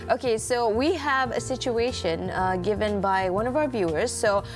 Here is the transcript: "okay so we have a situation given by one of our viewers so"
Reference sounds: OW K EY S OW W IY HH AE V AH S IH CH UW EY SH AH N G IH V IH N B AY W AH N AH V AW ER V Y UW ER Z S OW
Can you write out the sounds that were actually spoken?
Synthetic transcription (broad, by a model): OW K EY S OW W IY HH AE V AH S IH CH UW EY SH AH N G IH V IH N B AY W AH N AH V AW ER V Y UW ER Z S OW